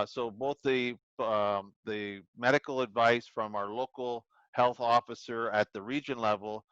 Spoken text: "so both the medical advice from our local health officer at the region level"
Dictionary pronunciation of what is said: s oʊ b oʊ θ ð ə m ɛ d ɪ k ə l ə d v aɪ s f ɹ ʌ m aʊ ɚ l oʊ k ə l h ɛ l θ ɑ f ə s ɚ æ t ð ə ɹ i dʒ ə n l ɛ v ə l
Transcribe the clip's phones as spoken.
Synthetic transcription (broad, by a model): s oʊ b oʊ θ ð ə m ɛ d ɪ k l ə d v aɪ s f ɹ ʌ m aʊ ɚ l oʊ k l h ɛ l θ ɑ f ə s ɚ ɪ t ð ə ɹ i dʒ ə n l ɛ v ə l